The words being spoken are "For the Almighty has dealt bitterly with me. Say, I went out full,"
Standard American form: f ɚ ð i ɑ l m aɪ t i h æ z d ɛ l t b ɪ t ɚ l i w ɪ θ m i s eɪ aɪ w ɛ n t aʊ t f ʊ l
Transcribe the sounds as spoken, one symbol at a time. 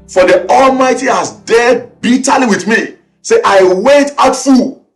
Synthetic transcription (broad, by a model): f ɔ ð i ɑ l m aɪ t i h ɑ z d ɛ b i t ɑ l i w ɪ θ m i s eɪ aɪ w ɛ t aʊ t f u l